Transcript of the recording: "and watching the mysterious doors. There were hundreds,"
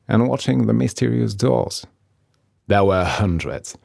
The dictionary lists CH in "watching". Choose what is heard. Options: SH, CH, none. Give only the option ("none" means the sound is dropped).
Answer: CH